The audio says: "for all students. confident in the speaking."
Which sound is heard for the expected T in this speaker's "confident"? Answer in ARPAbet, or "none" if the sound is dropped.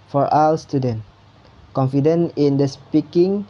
none